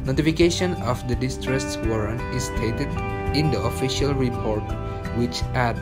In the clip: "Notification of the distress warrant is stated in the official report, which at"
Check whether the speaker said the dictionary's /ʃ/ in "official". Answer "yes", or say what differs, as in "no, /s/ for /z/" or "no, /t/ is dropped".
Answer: yes